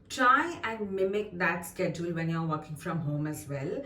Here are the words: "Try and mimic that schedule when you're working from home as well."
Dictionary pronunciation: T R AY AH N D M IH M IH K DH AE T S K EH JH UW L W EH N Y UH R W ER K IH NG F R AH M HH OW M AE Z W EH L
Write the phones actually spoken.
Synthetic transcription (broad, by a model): T R AY AH N D M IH M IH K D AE T S K EH JH UW L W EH N Y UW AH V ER K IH NG F R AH M HH OW M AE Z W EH L